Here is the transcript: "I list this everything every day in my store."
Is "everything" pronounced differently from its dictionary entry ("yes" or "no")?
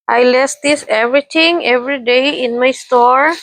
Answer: yes